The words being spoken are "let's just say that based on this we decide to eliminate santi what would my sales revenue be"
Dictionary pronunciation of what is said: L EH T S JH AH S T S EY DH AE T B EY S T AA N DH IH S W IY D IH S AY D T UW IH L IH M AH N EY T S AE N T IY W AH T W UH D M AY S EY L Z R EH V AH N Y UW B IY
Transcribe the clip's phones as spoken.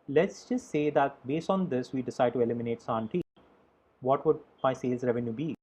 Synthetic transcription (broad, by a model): L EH T S JH AH S T S EY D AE T B EY S T AA N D IH S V IY D IH S AY D T UW IH L IH M AH N EY T S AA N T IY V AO T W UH D M AY S EY L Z R EH V AH N Y UW B IY